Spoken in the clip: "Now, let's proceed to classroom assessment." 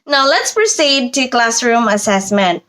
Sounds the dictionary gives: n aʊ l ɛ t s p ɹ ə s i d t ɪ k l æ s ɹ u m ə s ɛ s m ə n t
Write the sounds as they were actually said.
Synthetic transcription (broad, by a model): n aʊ l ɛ t s p ɹ ə s i d t ɪ k l æ s ɹ u m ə s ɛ s m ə n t